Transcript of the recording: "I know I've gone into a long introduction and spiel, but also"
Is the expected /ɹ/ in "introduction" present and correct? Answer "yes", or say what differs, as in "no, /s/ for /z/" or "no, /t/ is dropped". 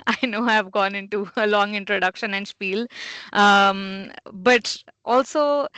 yes